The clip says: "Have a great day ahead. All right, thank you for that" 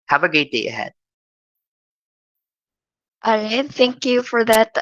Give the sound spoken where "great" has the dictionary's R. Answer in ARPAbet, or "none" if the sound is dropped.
none